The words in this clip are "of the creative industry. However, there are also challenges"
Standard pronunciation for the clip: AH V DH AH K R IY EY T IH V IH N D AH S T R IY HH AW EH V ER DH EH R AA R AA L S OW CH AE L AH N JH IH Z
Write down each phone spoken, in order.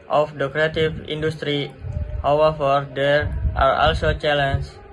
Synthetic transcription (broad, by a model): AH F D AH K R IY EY T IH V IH N D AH S T R IY HH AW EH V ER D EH R AA R AA L S OW CH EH L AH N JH